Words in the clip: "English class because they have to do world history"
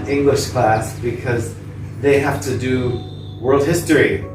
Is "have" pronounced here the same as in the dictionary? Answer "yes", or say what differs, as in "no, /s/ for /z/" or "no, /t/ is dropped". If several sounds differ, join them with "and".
no, /f/ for /v/